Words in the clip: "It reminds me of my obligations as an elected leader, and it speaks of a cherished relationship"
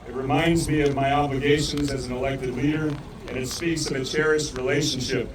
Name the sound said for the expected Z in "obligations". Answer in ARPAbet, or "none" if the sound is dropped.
Z